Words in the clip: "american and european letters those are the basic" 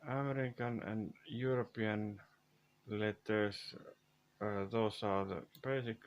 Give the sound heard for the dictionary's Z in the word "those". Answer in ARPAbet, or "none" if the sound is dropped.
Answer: S